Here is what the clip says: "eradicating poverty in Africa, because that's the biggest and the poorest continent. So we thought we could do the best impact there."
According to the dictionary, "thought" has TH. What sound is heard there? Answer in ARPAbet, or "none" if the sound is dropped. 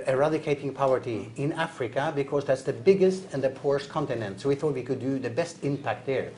TH